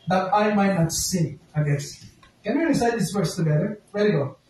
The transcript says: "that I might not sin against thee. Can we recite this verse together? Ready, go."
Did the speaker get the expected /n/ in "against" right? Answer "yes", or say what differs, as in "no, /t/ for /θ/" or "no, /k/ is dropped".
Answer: no, /n/ is dropped